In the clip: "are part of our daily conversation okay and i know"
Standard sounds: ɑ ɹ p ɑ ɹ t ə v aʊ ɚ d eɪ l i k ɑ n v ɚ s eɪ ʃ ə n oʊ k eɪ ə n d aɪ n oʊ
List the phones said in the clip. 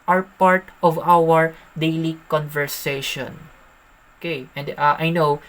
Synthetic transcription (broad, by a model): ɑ ɹ p ɑ ɹ t ə v aʊ ɚ d eɪ l i k ɑ n v ɚ s eɪ ʃ ə n oʊ k eɪ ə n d aɪ n oʊ